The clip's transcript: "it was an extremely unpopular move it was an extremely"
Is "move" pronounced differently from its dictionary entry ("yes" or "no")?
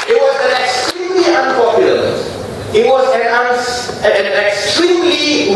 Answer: yes